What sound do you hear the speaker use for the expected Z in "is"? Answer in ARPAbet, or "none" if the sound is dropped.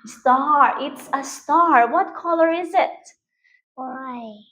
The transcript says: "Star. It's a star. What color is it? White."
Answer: Z